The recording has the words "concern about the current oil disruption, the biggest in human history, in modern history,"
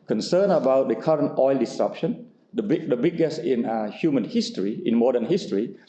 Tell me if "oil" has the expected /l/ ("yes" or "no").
yes